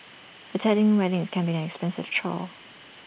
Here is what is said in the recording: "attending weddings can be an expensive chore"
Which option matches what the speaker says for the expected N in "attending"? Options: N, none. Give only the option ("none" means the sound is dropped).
none